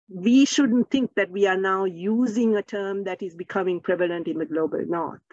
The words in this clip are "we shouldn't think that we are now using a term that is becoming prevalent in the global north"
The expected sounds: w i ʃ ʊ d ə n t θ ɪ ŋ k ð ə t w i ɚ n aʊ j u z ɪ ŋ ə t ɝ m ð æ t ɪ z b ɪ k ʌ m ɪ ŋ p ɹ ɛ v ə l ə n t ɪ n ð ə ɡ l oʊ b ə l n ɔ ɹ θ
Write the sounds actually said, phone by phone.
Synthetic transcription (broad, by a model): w i ʃ ʊ d ə n t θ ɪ ŋ k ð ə t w i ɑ n aʊ j u z ɪ ŋ ə t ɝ m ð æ t ɪ z b ɪ k ʌ m ɪ ŋ p ɹ ɛ v ə l ə n t ɪ n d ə ɡ l oʊ b ə l n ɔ